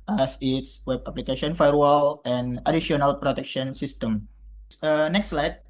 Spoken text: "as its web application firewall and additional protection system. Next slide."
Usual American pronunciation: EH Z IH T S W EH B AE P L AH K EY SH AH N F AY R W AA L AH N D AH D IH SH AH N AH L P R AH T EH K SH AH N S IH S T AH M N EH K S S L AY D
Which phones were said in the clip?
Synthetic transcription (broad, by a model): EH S IH T S W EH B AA P L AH K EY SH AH N F AY R W AA L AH N D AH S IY AH N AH L P R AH T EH K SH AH N S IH S T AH M N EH K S S L AY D